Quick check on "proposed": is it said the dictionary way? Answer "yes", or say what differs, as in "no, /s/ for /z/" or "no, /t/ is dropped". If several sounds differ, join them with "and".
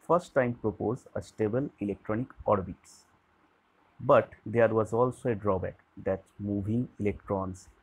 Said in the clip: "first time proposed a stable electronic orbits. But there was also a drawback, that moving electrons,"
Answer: no, /d/ is dropped